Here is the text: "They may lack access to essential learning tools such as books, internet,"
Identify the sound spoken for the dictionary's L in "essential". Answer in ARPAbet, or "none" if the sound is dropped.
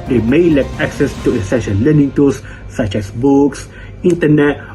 N